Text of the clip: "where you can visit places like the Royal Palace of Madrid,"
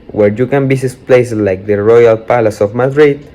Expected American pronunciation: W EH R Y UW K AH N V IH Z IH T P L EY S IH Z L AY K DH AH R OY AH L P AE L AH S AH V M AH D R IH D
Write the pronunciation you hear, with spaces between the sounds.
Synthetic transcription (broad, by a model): W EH R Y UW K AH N B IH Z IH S P L EY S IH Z L AY K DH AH R OY AH L P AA L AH S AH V M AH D R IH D